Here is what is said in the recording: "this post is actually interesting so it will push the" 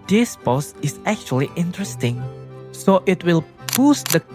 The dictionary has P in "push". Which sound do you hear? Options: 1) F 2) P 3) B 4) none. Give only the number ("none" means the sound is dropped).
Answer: 3